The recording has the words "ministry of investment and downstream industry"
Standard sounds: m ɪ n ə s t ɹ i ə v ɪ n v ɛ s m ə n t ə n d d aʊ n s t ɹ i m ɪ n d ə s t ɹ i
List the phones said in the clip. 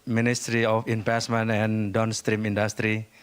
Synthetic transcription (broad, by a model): m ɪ n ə s t ɹ i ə f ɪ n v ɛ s m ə n ə n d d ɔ n s t ɹ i m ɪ n d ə s t ɹ i